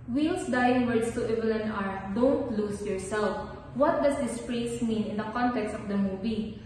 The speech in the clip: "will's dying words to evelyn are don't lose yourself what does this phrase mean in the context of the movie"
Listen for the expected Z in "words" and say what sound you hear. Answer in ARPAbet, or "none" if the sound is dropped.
S